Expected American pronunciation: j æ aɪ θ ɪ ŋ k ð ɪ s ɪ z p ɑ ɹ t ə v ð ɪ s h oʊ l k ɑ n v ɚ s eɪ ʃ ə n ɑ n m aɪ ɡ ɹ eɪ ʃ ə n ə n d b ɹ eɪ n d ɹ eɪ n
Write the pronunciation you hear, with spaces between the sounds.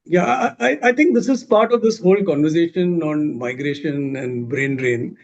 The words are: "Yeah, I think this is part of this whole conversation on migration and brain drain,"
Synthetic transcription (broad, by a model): j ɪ aɪ t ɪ ŋ k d ɪ s ɪ z p ɑ ɹ t ə v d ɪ s h oʊ l k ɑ n v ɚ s eɪ ʃ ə n ɑ n m aɪ ɡ ɹ eɪ ʃ ə n ə n d b ɹ eɪ n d ɹ eɪ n